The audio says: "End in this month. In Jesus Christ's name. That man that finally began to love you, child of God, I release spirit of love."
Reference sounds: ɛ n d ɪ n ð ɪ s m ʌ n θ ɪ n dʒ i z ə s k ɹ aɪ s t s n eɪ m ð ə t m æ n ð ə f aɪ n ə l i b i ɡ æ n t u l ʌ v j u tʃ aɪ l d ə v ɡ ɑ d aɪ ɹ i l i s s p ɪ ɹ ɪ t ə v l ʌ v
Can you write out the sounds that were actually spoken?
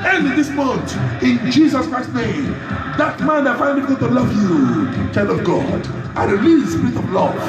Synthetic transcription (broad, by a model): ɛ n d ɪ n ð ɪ s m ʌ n t ɪ n dʒ i z ə s k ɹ aɪ s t n eɪ m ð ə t m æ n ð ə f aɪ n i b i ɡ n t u l ʌ v j u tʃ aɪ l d ə v ɡ ɑ d aɪ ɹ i l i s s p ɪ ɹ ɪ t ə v l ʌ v